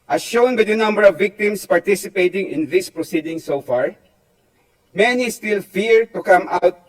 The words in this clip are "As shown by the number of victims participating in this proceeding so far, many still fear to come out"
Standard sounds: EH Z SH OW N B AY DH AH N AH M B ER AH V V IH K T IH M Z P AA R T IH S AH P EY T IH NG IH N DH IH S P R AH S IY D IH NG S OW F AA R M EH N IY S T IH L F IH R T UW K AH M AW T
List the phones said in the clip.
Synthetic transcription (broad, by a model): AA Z SH OW N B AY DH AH N AH M B ER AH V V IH K T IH M S P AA R T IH S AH P EY T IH NG IH N DH IH S P R AH S IY D IH NG S OW F AA R M EH N IY S T IH L F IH R T UW K AH M AW T